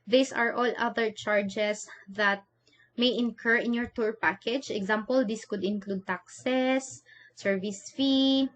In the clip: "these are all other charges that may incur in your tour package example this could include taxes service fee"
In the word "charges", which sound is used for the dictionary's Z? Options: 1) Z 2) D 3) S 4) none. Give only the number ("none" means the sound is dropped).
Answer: 3